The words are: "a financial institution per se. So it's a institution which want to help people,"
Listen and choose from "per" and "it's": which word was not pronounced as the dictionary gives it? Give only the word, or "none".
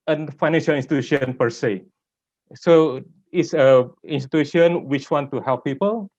none